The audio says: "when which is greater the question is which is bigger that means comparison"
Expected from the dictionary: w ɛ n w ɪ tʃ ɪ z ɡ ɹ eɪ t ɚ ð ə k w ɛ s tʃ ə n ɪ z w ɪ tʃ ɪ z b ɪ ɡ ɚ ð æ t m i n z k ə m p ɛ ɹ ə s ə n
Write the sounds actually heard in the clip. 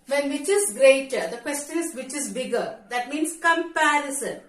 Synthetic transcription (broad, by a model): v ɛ n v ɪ tʃ ɪ z ɡ ɹ eɪ t ɚ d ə k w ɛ s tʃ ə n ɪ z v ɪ tʃ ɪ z b ɪ ɡ ɚ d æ t m i n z k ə m p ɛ ɹ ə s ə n